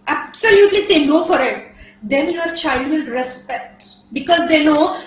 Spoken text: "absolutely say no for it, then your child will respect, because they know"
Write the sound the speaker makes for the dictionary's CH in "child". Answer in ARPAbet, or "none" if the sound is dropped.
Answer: CH